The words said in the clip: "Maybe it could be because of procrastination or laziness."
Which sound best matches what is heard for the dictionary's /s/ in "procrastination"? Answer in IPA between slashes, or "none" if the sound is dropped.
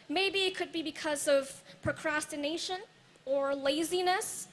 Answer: /s/